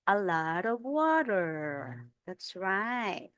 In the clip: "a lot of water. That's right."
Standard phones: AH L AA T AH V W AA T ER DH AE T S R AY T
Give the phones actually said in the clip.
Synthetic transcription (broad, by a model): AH L AA T AH V W AA T ER DH AE T S R AY T